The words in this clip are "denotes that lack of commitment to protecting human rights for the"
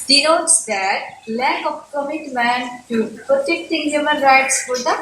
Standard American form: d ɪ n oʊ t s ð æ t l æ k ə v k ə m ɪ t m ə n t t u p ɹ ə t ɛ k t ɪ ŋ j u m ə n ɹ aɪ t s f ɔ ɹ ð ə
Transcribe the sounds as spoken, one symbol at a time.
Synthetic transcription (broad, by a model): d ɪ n oʊ t s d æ t l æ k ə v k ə m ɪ t m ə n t t u p ɹ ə t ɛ k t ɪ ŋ j u m ə n ɹ aɪ t s f ɔ ɹ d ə